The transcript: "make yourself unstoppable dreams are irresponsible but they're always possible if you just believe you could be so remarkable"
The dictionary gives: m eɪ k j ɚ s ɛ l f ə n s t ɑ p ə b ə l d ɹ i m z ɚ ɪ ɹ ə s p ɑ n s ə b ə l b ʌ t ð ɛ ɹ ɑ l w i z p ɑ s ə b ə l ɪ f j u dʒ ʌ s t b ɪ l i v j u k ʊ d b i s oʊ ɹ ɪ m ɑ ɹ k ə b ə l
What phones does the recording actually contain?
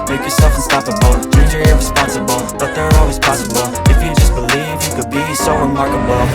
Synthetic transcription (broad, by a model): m eɪ k j ɚ s ɛ l f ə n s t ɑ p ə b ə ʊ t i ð ɚ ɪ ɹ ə s p ɑ n s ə b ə l b ʌ t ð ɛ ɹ ɑ l w i z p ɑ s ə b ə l ɪ f j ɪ dʒ ʌ s b ɪ l i v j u k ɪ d b i s oʊ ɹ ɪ m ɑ ɹ k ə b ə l